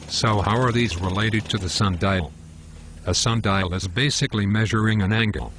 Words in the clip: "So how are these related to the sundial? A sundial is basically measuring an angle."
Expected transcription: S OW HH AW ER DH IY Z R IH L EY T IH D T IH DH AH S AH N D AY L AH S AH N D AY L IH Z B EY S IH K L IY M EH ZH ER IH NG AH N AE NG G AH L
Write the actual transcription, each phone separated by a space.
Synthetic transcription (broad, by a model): S OW HH AW ER DH IY Z R IH L EY T IH D T IH DH AH S AH N D AY L AH S AH N D AY L IH Z B EY S IH K L IY M EH ZH ER IH NG AH N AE NG G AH L